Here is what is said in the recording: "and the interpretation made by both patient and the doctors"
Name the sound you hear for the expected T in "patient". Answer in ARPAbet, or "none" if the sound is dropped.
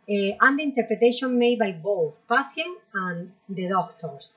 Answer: none